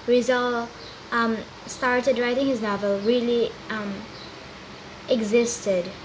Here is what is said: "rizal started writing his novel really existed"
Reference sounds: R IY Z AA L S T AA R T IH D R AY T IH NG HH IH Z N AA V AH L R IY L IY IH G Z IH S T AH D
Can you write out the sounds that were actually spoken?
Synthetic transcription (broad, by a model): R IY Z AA L S T AA R T IH D R AY T IH NG HH IH Z N AA V AH L R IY L IY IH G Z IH S T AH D